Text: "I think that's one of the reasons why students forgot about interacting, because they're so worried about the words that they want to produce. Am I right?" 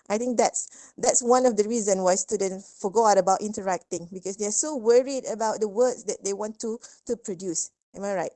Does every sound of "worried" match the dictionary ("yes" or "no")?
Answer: yes